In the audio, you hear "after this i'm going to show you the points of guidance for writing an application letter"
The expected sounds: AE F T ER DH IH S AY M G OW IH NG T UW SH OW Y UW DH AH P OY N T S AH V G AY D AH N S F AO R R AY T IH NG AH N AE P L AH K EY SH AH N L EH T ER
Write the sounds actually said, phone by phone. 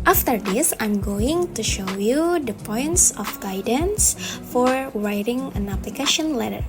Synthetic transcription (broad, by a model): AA F T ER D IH S AY M G OW IH NG T UW SH OW Y UW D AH P OY N T S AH F G AY D AH N S F AO R R AY T IH NG AH N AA P L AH K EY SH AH N L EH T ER